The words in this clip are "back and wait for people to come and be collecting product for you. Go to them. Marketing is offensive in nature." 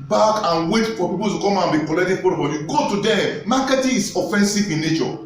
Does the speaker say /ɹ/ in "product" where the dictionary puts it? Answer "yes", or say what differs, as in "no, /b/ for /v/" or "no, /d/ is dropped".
no, /ɹ/ is dropped